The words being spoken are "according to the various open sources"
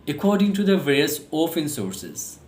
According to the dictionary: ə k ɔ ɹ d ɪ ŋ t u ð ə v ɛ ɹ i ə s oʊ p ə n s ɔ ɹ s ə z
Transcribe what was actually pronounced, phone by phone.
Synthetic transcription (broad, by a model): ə k ɔ ɹ d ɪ ŋ t u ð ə v ɛ ɹ i ə s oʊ f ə n s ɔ ɹ s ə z